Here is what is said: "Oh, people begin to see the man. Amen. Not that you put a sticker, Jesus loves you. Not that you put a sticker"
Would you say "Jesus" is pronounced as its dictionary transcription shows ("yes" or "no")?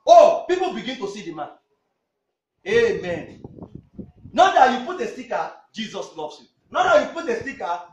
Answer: yes